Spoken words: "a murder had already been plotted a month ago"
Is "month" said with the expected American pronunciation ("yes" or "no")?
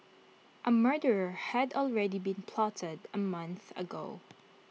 yes